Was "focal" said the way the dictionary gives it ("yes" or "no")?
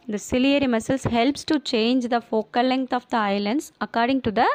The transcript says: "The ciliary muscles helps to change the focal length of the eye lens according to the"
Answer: yes